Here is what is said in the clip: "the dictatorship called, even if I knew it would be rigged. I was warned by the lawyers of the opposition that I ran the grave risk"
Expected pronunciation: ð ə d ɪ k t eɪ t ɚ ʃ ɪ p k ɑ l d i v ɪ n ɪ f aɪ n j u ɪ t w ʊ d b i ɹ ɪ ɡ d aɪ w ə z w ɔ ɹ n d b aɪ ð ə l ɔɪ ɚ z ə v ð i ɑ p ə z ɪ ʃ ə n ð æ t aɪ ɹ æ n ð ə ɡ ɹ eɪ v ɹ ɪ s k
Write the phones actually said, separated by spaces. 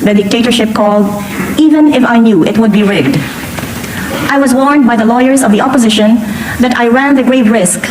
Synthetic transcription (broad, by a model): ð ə d ɪ k t eɪ t ɚ ʃ ɪ p k ɑ l d i v ɪ n ɪ f aɪ n j u ɪ t w ʊ d b i ɹ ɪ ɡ d aɪ w ə z w ɔ ɹ n d b aɪ ð ə l ɔɪ ɚ z ə v ð i ɑ p ə z ɪ ʃ ə n ð æ t aɪ ɹ æ n ð ə ɡ ɹ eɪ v ɹ ɪ s k